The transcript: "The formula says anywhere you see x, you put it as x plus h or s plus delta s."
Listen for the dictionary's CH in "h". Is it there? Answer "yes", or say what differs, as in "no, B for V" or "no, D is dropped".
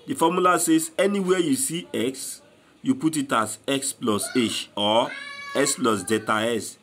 no, SH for CH